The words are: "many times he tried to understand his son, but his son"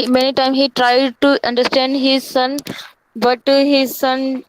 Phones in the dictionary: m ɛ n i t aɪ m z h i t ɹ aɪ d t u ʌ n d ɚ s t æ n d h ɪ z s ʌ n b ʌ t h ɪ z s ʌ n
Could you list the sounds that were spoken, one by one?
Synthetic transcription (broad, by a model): m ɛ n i t aɪ m h i t ɹ aɪ d t u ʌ n d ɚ s t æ n d h ɪ z s ʌ n b ʌ t h ɪ z s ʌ n